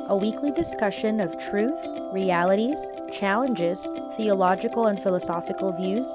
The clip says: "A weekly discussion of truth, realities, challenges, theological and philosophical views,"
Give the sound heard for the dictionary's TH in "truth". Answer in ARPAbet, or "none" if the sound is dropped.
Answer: TH